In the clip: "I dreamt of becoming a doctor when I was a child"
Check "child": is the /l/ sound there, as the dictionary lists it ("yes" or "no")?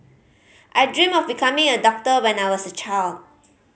yes